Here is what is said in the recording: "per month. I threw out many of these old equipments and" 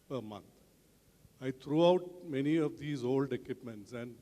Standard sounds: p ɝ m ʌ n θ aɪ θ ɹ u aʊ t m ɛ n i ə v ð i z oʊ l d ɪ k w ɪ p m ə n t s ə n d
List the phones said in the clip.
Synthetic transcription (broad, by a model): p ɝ m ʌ n t aɪ t ɹ u aʊ t m ɛ n i ə v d i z oʊ l d ɪ k w ɪ p m ə n t s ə n d